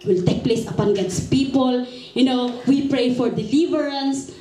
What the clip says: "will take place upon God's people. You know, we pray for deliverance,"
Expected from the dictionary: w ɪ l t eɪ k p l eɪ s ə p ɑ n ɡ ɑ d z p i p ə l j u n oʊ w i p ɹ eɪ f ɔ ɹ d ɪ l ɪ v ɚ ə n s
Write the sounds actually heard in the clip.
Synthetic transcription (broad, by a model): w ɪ l t eɪ k p l eɪ s ə p ɑ n ɡ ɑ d s p i p ə l j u n oʊ w i p ɹ eɪ f ɔ ɹ d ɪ l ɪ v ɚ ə n s